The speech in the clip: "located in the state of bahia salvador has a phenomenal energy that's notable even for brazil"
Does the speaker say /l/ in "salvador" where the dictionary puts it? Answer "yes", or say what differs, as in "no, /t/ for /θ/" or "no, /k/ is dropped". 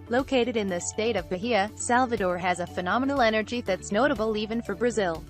yes